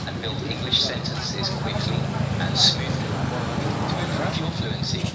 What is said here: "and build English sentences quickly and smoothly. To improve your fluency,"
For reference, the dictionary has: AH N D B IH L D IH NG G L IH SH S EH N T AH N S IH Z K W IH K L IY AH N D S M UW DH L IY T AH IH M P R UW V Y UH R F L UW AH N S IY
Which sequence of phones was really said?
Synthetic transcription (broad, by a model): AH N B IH L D IH NG G L IH SH S EH N T AH N S IH Z K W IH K L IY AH N S M UW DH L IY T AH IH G R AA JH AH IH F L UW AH N S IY